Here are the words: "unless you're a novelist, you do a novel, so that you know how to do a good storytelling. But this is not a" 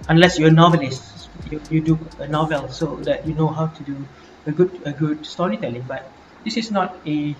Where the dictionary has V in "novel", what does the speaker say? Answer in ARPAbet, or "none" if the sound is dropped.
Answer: V